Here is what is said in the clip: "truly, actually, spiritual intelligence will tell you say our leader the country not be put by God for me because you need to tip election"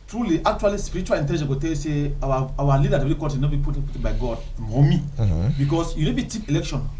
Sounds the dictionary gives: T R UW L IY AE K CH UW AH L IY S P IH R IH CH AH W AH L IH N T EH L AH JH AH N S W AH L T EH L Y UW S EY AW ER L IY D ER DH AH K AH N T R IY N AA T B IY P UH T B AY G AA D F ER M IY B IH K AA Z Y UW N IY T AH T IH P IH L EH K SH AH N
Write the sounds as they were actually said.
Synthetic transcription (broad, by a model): T R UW L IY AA K CH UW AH L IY S P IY R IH CH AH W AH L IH N T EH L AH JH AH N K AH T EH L Y UW S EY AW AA L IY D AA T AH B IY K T IY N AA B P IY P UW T B AY G AA D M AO M IY B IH K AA S Y UW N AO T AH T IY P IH L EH K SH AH N